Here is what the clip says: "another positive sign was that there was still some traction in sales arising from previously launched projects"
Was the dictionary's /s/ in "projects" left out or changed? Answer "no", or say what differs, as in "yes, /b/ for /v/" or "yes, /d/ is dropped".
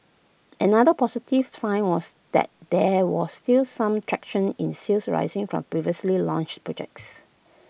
no